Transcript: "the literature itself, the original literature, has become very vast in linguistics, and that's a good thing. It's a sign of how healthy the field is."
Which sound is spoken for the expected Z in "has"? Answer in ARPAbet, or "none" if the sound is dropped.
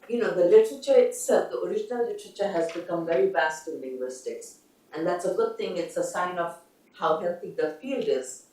Z